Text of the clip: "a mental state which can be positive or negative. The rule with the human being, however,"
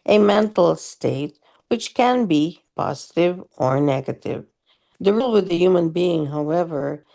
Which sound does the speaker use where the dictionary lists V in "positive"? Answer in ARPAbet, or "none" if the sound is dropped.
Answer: V